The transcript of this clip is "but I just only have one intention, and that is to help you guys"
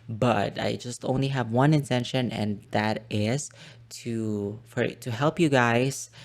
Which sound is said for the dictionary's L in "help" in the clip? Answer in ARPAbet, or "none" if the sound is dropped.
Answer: L